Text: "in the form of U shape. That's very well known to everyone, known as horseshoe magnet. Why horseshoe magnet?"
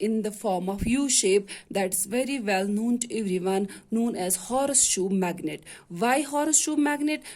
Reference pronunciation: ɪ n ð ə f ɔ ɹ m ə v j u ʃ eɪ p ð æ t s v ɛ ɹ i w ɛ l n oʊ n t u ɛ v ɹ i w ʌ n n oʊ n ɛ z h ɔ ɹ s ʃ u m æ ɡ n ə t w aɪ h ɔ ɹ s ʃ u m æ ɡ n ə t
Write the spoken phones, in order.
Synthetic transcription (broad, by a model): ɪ n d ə f ɔ ɹ m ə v j u ʃ eɪ p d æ t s v ɛ ɹ i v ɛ l n oʊ n t u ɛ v ɹ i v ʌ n n oʊ n ɛ z h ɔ ɹ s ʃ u m æ ɡ n ə t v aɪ h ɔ ɹ s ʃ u m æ ɡ n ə t